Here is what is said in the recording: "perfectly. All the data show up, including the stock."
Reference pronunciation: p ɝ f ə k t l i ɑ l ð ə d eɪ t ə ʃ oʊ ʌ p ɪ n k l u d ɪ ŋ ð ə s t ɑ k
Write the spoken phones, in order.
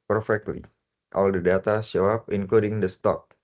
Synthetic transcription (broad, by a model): p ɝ f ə k t l i ɑ l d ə d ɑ t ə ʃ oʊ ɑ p ɪ n k l u d ɪ ŋ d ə s t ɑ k